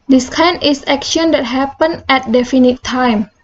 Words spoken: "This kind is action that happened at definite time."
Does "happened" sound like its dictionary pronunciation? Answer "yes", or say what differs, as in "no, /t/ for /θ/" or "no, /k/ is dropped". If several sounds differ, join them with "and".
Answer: no, /d/ is dropped